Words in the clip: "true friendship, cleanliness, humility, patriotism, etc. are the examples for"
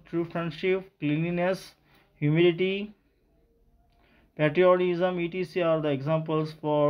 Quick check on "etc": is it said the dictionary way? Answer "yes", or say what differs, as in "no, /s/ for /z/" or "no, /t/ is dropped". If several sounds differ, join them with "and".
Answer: no, /s/ is dropped